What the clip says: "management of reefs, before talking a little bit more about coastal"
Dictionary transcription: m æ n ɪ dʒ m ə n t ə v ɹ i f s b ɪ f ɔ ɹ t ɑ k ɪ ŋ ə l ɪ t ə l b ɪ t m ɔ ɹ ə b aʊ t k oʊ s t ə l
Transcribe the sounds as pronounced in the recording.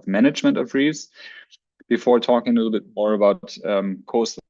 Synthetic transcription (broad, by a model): m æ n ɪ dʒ m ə n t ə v ɹ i s b ɪ f ɔ ɹ t ɑ k ɪ ŋ ə l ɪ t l b ɪ t m ɔ ɹ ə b aʊ t k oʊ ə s